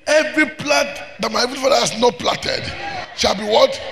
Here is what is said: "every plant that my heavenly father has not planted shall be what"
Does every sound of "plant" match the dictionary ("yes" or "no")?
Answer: no